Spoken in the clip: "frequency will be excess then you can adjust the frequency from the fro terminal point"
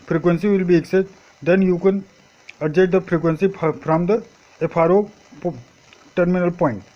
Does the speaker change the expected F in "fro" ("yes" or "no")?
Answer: yes